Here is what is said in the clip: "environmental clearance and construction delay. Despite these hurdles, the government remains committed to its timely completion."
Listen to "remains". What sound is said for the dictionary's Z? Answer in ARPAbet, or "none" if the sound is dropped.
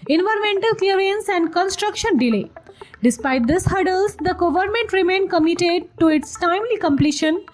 none